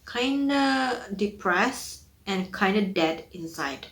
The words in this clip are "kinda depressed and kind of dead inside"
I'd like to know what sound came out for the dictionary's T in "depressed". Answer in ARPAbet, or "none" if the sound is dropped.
none